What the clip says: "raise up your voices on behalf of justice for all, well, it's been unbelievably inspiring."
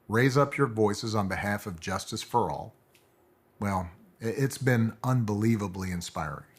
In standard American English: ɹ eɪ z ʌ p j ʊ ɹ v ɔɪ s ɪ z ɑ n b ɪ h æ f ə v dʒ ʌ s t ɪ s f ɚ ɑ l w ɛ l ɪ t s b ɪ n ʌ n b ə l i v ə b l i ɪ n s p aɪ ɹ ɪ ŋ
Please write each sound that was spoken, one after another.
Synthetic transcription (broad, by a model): ɹ eɪ z ʌ p j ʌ ɹ v ɔɪ s ɪ z n b ɪ h æ f ə v dʒ ʌ s t ɪ s f ɚ ɑ l w ɛ l ɪ t s b ɪ n ʌ n b ə l i v ə b l i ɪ n s p aɪ ɹ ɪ ŋ